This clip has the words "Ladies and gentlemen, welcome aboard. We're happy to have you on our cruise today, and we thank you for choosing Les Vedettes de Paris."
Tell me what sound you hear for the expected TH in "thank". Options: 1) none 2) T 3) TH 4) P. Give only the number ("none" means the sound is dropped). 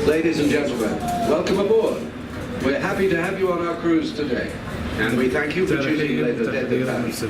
3